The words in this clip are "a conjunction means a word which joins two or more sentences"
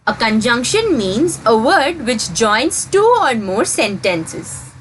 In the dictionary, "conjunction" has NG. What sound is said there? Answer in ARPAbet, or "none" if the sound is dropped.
NG